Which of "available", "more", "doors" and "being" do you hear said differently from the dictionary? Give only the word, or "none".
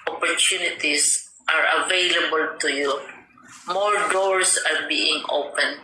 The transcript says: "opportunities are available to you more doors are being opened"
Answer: doors